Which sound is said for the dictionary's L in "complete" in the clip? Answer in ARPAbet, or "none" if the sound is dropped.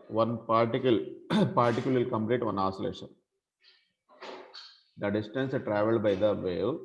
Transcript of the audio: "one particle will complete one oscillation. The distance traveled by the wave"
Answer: L